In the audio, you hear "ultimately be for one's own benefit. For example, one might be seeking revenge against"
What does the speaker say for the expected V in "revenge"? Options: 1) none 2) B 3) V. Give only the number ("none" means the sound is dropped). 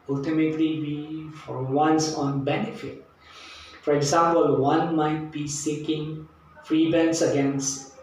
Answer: 2